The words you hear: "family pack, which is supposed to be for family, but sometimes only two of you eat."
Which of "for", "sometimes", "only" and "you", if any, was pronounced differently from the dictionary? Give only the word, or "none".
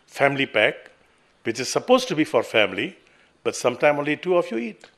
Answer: sometimes